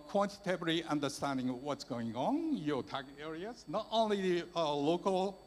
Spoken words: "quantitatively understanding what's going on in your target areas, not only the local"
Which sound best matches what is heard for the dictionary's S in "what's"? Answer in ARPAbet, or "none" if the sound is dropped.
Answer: S